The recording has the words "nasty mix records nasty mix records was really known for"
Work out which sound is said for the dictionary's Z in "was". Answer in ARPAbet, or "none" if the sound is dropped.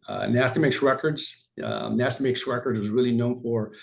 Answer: Z